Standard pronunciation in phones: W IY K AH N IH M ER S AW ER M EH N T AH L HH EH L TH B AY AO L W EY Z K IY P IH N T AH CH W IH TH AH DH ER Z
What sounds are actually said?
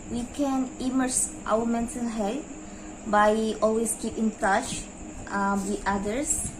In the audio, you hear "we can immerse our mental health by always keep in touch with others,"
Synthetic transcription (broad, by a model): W IY K AH N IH M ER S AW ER M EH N S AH N HH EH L T B AY AO L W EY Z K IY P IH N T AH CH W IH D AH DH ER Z